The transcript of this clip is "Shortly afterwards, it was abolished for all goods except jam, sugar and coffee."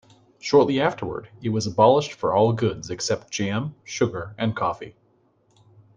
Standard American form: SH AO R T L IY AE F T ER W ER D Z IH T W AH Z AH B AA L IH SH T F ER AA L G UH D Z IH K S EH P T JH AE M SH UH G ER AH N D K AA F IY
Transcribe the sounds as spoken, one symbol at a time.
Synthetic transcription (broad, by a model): SH AO R T L IY AE F T ER W ER D IH T W AH Z AH B AA L IH SH T F ER AA L G UH D Z IH K S EH P T JH AE M SH UH G ER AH N K AA F IY